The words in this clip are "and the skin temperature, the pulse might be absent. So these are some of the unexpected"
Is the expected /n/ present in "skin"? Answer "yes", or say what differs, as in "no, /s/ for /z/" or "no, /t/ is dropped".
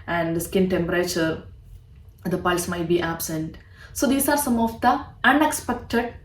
yes